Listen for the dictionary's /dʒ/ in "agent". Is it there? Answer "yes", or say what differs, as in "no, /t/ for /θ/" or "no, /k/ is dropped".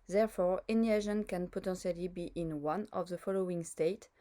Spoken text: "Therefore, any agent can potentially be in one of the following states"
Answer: no, /ʒ/ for /dʒ/